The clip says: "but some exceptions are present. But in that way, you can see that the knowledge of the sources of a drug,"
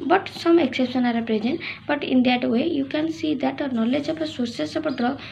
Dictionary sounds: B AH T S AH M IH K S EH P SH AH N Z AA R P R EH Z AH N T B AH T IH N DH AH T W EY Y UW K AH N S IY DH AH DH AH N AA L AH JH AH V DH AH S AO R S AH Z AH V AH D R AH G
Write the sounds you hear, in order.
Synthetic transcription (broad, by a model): B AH T S AH M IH K S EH P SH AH N AA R P R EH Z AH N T B AH T IH N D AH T W EY Y UW K AH N S IY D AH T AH N AA L AH JH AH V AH S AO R S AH S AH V AH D R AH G